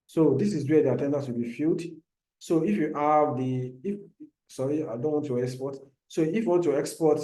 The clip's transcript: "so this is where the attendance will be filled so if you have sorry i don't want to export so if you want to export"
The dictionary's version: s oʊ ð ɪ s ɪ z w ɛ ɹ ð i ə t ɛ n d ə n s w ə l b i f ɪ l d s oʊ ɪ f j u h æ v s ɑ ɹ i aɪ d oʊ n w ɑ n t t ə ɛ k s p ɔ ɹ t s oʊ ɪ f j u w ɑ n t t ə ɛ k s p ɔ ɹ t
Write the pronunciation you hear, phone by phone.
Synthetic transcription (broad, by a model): s oʊ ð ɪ s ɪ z w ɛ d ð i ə t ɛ n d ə s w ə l b i f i l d s oʊ ɪ f j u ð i f s ɑ ɹ i aɪ d oʊ n w ɑ n t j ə ɛ k s p ɔ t s oʊ ɪ f j u w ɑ n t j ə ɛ k s p ɔ t